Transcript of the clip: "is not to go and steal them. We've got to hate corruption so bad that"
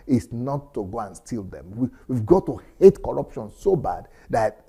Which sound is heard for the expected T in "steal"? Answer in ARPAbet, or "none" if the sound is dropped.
T